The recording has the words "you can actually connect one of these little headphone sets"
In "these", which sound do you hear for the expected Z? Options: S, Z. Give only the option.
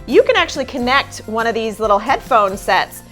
Z